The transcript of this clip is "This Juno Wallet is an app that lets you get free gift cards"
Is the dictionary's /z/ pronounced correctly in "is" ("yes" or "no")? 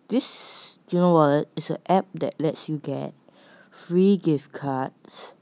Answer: no